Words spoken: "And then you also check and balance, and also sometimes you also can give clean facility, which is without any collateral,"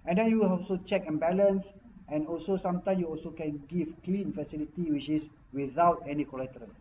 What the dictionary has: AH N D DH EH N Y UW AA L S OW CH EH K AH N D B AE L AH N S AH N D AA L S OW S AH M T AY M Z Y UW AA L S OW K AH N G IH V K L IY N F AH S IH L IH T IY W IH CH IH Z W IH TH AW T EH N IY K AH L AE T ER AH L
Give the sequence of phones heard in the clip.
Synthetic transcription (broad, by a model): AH N D EH N Y UW AA L S OW CH EH K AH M B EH L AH N S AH N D AA L S OW S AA M T AY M Y UW AA L S OW K AH N G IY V K L IY N F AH S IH L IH T IY W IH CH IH S W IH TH AW T EH N IY K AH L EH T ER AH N